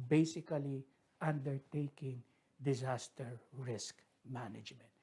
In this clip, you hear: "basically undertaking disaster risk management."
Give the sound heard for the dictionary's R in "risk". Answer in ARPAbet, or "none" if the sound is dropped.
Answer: R